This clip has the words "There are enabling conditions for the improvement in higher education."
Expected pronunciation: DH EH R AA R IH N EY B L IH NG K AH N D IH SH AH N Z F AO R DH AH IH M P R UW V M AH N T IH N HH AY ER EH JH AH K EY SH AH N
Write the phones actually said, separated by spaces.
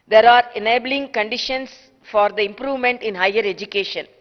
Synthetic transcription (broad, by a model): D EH R AA R IH N EY B L IH NG K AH N D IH SH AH N S F AO R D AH IH M P R UW V M AH N T IH N HH AY ER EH JH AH K EY SH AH N